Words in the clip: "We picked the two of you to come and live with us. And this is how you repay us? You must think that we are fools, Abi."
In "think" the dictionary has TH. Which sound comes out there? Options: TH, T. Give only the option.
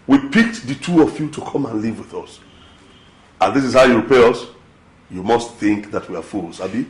TH